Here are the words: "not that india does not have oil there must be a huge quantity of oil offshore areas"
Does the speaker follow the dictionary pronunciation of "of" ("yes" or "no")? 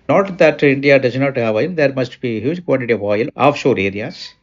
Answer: yes